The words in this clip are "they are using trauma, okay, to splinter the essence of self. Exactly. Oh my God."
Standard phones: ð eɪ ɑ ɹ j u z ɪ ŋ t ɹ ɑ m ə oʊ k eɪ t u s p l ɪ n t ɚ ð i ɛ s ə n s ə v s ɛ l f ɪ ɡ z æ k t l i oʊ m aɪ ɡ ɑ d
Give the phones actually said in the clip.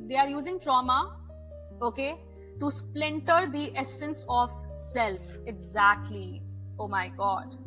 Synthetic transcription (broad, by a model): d eɪ ɑ ɹ j u z ɪ ŋ t ɹ ɑ m ə oʊ k eɪ t u s p l ɪ n t ɚ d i ɛ s ə n s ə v s ɛ l f ɪ ɡ z æ k t l i oʊ m aɪ ɡ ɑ d